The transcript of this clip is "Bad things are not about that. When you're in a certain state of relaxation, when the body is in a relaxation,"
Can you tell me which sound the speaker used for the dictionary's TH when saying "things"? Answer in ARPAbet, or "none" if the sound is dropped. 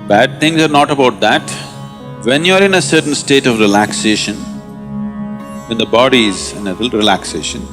T